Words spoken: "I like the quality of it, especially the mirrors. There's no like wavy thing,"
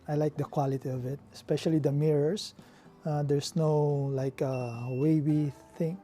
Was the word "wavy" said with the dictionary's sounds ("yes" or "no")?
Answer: no